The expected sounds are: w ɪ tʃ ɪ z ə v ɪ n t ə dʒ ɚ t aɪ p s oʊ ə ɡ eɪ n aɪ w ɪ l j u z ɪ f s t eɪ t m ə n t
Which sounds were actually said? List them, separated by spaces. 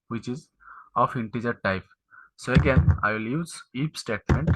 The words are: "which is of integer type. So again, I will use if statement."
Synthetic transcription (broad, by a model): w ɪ tʃ ɪ z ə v ɪ n t ə dʒ ɚ t aɪ p s oʊ ə ɡ eɪ n aɪ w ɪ l j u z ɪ p s t eɪ t m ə n t